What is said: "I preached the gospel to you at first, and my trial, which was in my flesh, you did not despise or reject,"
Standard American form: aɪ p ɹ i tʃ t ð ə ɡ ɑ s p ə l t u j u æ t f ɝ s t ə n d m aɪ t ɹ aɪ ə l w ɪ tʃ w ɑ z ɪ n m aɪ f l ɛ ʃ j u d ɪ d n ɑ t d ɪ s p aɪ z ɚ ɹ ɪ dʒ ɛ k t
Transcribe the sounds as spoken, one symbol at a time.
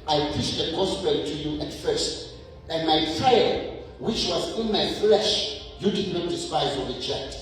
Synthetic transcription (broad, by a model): aɪ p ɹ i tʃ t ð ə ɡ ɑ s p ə t u j u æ t f ɝ s t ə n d m aɪ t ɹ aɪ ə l w ɪ tʃ w ɑ z ɪ n m aɪ f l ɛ ʃ j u d ɪ d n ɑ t d ɪ s p aɪ z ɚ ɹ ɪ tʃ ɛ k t